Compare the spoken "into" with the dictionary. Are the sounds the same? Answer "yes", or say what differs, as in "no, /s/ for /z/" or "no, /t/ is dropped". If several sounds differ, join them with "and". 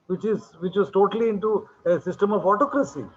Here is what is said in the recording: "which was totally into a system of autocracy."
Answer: yes